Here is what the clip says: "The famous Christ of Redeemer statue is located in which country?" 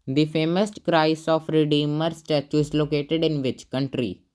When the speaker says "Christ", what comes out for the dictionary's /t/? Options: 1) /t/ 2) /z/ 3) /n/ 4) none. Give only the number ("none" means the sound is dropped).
4